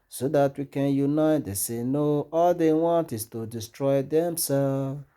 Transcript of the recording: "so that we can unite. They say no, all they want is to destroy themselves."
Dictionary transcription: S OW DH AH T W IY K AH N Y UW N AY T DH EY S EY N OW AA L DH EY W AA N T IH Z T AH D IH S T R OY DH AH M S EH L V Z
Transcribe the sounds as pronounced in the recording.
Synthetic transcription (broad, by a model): S OW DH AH T W IY K AH N Y UW N AY T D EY S EY N OW AA L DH EY W AA N T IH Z T AH D IH S T R OY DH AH M S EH L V